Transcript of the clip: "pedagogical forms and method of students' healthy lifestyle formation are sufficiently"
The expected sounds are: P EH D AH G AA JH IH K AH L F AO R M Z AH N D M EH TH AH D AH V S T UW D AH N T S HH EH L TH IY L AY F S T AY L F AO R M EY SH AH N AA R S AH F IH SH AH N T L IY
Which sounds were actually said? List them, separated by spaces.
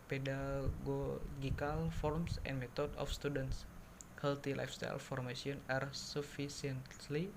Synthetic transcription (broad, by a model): P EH D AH G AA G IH K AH L F AO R M S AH N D M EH T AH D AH F S T UW D AH N T S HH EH L T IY L AY F S T AY L F AO R M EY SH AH N AA R S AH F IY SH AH N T L IY